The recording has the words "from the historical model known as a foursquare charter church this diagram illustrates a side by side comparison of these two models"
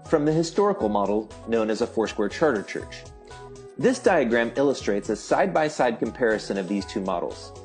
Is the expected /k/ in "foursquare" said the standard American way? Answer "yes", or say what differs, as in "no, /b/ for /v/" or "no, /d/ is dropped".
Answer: yes